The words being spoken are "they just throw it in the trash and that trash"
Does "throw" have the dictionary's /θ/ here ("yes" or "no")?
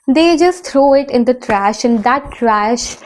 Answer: no